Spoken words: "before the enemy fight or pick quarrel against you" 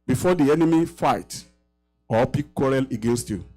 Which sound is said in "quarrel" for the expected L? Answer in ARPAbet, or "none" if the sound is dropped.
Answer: L